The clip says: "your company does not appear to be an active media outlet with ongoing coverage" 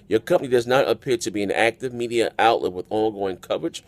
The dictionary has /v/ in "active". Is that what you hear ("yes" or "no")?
yes